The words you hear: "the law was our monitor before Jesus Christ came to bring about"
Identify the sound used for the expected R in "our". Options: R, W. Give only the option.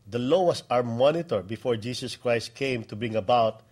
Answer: R